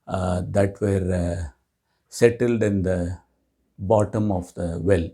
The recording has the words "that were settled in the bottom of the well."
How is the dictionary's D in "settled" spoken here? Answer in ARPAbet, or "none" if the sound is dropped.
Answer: D